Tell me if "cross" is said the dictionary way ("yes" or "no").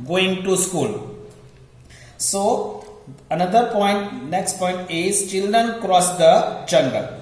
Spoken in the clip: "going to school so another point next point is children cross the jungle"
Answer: yes